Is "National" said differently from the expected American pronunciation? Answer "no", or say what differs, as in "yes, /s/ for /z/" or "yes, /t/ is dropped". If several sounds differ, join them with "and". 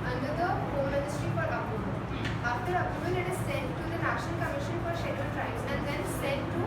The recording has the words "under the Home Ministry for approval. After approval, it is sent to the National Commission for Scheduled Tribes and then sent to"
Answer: yes, /n/ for /l/